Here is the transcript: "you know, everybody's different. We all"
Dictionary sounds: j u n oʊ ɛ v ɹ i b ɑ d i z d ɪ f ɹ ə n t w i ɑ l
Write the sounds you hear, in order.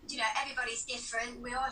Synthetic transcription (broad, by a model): j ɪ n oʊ ɛ v ɹ i b ɑ d i z d ɪ f ɹ ə n t w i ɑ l